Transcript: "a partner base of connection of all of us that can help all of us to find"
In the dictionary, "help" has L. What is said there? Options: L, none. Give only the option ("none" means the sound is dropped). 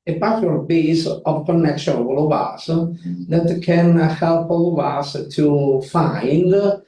L